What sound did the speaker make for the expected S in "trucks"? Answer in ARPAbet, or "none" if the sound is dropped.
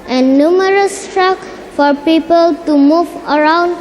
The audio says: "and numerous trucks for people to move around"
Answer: none